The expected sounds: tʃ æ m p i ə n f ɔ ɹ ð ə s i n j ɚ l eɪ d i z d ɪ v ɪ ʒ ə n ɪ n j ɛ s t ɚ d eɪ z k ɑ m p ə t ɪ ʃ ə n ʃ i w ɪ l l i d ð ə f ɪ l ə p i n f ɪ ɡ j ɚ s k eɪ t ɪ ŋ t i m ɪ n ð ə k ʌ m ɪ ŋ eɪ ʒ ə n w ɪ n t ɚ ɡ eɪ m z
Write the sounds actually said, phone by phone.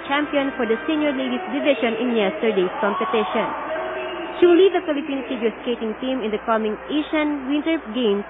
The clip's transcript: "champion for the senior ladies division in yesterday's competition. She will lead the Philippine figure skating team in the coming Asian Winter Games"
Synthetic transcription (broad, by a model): tʃ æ m p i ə n f ɔ ɹ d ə s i n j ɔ l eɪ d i s d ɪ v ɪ ʃ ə n ɪ n j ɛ s t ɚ d eɪ s k ɑ m p ə t ɪ ʃ ə n ʃ i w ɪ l l i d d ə f ɪ l ə p i n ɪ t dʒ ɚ s k eɪ t ɪ ŋ t i m ɪ n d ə k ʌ m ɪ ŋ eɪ ʃ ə n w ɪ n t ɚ ɡ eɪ m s